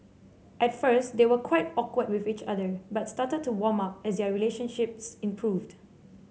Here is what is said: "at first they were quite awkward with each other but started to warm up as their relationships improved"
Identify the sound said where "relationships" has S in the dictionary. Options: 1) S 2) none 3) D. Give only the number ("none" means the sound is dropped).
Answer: 1